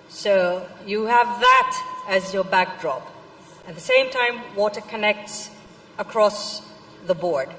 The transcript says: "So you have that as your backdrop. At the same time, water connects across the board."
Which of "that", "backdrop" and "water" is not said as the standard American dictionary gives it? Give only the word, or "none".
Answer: none